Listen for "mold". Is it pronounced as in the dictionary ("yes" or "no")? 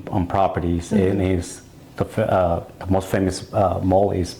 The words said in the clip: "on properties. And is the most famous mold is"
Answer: no